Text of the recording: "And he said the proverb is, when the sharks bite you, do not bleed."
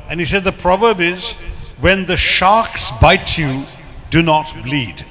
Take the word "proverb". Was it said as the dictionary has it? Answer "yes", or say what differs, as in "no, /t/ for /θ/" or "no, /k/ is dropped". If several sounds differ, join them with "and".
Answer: yes